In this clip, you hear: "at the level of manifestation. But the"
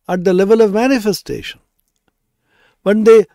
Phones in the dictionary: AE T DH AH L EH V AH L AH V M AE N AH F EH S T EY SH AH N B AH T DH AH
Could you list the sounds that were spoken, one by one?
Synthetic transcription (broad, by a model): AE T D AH L EH V AH L AH V M AE N AH F EH S T EY SH AH N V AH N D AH